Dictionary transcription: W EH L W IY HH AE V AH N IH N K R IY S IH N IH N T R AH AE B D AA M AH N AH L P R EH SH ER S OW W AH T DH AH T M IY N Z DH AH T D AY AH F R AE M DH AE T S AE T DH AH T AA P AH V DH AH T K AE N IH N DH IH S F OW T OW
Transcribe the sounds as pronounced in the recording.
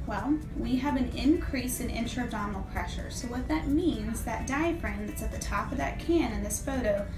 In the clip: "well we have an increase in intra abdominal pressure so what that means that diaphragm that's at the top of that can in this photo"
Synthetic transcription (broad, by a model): W EH L W IY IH V AH N IH N K R IY S IH N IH N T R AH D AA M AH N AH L P R EH SH ER S OW W AH T DH AH T M IY N Z DH AH T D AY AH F R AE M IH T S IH T DH AH T AA P AH V DH AH T K AE N IH N DH IH S F OW T OW